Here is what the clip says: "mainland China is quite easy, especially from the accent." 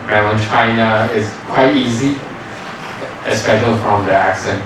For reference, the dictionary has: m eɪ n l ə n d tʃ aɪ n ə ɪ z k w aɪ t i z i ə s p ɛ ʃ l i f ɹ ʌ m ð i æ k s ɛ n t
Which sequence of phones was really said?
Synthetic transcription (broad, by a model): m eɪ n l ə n tʃ aɪ n ə ɪ z k w aɪ t i z i ə s p ɛ ʃ l i f ɹ ʌ m ð i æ k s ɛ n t